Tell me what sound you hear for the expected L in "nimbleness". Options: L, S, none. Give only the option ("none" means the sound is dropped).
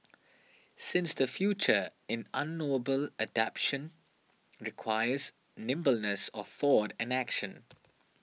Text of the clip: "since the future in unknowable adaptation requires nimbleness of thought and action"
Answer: L